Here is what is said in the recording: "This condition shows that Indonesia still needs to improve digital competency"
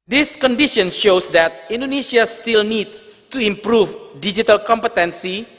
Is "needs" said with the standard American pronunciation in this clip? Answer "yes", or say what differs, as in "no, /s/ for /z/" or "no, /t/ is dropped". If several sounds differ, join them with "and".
no, /z/ is dropped